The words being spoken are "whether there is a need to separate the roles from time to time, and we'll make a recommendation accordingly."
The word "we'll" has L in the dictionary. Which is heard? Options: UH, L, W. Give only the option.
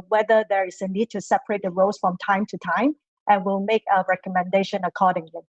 L